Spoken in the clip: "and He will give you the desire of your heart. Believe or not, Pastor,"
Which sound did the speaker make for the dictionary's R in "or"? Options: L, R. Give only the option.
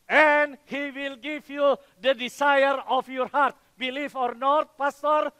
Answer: R